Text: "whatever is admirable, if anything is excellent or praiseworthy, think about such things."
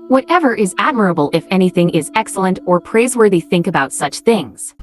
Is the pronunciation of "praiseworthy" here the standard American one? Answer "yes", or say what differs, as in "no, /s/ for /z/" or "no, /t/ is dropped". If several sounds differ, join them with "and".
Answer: yes